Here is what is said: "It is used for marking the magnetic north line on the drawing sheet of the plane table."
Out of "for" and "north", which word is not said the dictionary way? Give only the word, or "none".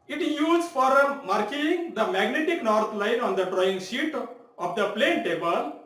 north